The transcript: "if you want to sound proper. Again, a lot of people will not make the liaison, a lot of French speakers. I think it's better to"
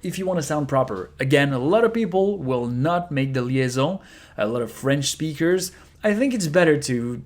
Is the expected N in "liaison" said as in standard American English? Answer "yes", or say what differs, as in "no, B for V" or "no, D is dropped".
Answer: no, N is dropped